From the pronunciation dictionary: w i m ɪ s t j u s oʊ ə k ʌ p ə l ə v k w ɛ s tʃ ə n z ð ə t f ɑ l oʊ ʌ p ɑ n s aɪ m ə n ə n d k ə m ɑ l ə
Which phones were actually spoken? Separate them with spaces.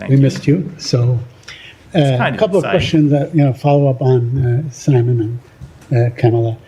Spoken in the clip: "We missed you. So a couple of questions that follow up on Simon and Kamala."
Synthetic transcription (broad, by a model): w i m ɪ s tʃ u s oʊ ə k ʌ p l ə v k w ɛ s tʃ ə n z ð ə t f ɑ l oʊ ʌ p n s aɪ m ə n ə n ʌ k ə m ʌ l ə